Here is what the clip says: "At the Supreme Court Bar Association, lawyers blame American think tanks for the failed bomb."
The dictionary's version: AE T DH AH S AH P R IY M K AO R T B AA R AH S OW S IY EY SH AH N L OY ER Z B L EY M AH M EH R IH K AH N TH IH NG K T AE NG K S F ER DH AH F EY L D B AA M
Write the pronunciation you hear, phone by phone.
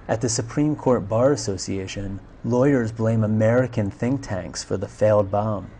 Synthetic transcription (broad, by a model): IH T DH AH S AH P R IY M K AO R T B AA R AH S OW S IY EY SH AH N L OY ER Z B L EY M AH M EH R IH K AH N TH IH NG K T AE NG K S F ER DH AH F EY L D B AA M